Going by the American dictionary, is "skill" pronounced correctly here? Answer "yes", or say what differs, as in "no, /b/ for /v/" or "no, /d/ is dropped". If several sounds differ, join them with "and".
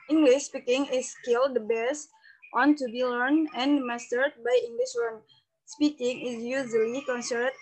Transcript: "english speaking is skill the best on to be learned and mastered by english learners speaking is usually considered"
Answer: yes